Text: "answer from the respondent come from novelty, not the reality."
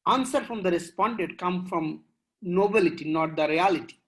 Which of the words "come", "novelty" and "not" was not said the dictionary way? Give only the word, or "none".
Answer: novelty